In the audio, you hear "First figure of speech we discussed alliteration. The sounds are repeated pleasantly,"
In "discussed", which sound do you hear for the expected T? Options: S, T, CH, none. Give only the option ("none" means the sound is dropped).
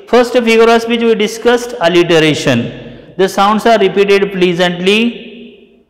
T